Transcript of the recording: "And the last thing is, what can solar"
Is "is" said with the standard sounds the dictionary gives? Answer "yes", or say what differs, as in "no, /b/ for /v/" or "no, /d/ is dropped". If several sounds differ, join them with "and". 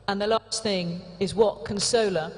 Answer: yes